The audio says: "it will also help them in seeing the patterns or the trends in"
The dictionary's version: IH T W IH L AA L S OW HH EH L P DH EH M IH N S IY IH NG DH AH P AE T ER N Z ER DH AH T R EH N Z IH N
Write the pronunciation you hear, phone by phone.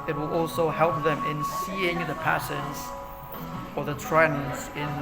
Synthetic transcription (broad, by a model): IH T W IH L AA L S OW HH EH L P DH EH M IH N S IY IH NG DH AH P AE S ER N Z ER DH AH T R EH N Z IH N